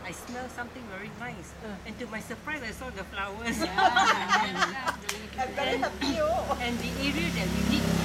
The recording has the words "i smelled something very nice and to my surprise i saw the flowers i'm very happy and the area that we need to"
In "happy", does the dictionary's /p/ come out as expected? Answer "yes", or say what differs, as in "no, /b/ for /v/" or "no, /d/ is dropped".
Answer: no, /p/ is dropped